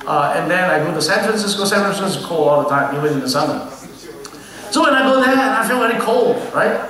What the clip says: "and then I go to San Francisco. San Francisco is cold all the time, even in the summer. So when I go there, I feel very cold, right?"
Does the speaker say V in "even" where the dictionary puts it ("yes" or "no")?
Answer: no